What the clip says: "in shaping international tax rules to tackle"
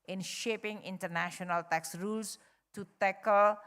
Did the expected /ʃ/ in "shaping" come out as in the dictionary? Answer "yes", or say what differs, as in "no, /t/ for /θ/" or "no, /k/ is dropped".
yes